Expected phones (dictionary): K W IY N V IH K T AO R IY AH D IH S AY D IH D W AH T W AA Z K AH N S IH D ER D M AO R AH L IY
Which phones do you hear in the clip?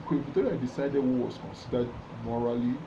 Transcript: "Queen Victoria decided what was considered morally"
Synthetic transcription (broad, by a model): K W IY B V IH T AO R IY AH D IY S AY D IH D W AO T W AA S K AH N S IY D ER D M AO R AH L IY